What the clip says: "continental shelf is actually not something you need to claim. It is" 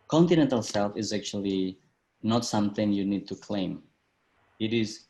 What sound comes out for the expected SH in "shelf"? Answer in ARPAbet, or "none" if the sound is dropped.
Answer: S